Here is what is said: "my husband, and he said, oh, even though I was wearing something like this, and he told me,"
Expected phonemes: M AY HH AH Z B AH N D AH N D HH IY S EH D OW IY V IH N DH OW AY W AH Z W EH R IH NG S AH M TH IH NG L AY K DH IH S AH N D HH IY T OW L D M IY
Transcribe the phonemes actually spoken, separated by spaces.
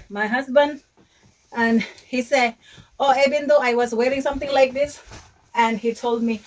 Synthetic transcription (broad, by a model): M AY HH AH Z B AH N D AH N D HH IY S EH D OW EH B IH N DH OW AY W AH Z W EH R IH NG S AH M TH IH NG L AY K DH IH S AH N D HH IY T OW L D M IY